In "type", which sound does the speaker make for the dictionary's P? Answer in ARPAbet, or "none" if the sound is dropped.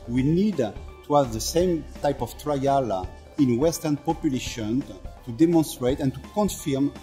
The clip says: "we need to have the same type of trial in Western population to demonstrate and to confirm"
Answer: P